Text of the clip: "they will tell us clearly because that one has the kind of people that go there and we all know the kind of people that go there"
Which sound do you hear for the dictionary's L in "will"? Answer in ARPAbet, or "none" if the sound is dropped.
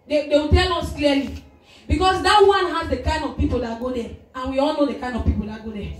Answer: W